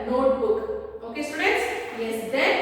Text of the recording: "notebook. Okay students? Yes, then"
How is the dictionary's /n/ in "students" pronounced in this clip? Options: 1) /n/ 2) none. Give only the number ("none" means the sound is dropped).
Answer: 2